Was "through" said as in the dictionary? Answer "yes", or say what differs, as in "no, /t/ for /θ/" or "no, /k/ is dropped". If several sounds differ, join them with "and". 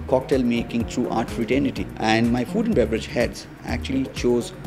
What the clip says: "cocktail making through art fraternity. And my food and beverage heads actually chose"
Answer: no, /t/ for /θ/